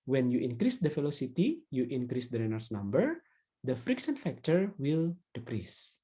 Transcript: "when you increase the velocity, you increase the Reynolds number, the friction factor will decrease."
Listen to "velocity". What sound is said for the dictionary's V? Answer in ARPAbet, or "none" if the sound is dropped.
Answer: F